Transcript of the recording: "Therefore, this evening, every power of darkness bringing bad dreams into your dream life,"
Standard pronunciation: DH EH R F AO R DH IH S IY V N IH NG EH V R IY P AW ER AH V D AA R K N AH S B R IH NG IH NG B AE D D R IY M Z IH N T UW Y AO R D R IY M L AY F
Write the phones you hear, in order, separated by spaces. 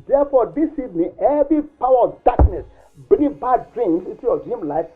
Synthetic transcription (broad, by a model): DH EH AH F AO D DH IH S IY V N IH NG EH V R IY P AW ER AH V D AA K N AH S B IH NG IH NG B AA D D R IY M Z IH N T UW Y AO D R IY M L AY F